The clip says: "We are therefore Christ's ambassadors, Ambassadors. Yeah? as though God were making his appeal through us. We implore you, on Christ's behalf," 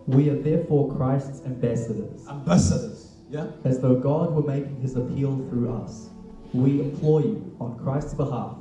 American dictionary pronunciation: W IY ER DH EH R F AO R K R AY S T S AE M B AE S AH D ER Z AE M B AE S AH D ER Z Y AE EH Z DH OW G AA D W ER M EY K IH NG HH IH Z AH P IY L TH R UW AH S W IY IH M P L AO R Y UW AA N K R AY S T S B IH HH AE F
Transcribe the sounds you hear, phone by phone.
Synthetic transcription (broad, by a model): W IY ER DH EH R F AO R K R AY S T S AE M B AE S AH D ER Z AE M B AE S AH D ER Z Y AE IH Z DH OW G AA D W ER M EY K IH NG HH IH Z AH P IY L TH R UW AH S W IY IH M P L AO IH Y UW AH N K R AY S T S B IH HH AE F